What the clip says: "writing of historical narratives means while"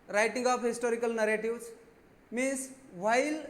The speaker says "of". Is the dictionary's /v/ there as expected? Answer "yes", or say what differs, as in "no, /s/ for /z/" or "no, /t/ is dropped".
no, /p/ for /v/